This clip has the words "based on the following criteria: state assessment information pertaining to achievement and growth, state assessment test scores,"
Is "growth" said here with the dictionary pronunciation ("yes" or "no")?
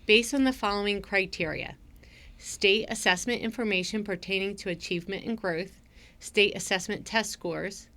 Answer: yes